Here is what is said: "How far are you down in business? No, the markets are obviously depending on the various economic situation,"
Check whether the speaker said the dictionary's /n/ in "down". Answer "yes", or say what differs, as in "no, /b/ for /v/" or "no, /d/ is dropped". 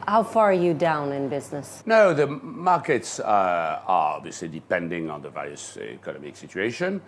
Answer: yes